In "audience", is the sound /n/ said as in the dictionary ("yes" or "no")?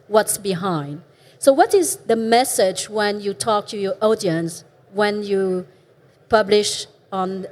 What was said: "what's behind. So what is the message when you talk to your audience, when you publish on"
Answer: yes